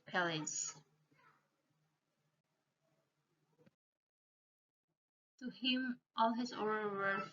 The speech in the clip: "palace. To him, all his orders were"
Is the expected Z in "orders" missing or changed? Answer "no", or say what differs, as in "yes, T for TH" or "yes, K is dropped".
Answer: yes, Z is dropped